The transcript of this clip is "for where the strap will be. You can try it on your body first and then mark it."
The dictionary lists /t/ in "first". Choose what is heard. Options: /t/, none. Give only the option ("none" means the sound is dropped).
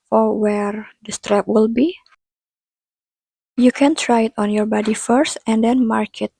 /t/